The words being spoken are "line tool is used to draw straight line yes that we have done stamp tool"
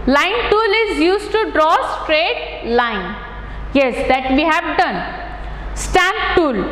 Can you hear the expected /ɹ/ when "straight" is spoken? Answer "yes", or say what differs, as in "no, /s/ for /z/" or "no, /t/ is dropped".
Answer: yes